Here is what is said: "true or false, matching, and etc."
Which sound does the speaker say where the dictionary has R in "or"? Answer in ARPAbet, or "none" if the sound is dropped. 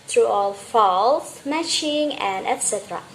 L